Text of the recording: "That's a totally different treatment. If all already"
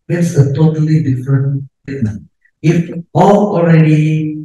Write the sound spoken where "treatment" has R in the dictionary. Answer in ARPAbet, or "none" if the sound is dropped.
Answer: none